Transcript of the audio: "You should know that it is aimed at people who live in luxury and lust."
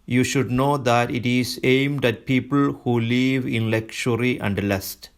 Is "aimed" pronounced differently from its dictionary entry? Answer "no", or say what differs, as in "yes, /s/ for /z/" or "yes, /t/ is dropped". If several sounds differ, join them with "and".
no